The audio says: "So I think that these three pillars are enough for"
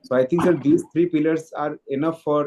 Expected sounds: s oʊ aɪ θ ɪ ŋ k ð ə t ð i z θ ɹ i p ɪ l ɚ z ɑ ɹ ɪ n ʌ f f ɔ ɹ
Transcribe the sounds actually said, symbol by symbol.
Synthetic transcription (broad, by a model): s oʊ aɪ t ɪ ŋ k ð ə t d i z t ɹ i p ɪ l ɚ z ɑ ɹ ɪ n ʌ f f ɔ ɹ